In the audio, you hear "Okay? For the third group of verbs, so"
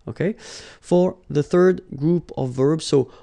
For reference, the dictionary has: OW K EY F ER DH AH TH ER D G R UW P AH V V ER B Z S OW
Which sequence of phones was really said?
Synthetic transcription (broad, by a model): OW K EY F ER DH AH TH ER D G R UW P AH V V ER B Z S OW